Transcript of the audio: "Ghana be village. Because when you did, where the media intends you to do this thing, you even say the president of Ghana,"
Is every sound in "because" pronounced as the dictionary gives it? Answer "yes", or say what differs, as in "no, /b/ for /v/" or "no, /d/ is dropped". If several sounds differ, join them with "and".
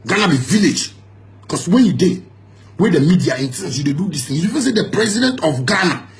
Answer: no, /s/ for /z/